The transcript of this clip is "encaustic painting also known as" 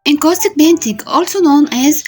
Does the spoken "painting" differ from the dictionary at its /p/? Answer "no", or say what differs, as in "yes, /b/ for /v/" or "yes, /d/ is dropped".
yes, /b/ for /p/